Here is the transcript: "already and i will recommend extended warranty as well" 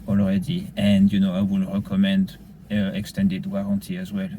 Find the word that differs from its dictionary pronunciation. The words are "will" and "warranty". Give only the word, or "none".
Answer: warranty